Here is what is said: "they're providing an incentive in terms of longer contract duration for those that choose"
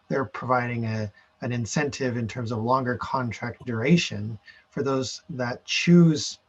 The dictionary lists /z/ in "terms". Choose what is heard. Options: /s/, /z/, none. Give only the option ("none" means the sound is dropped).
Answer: /z/